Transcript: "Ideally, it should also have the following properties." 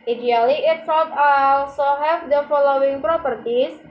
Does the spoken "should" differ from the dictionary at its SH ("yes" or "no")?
yes